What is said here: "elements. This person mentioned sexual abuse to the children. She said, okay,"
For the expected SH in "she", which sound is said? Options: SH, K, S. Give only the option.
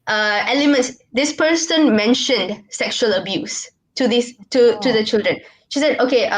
SH